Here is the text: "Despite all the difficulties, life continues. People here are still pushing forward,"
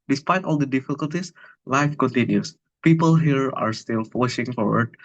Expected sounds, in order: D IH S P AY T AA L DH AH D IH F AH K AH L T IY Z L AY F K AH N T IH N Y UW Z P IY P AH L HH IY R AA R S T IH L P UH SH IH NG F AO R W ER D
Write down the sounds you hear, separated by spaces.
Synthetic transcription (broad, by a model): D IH S P AY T AA L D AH D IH F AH K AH L T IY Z L AY F K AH N T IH N Y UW S P IY P AH L HH IY R AA R S T IH L F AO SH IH NG F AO R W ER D